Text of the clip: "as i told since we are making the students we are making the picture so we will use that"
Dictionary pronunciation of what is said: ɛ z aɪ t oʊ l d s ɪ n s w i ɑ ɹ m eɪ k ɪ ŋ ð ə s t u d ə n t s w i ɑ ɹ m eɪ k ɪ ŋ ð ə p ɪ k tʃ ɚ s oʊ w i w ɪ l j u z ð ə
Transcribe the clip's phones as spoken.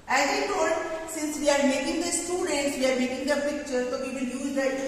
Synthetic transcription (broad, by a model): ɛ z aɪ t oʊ d s ɪ n s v i ɑ ɹ m eɪ k ɪ ŋ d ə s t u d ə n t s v i ɑ ɹ m eɪ k ɪ ŋ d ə p ɪ k tʃ ɚ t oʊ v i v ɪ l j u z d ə